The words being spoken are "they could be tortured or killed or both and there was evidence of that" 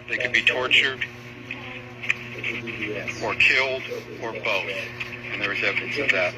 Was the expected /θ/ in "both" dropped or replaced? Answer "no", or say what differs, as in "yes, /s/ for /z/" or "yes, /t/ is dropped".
no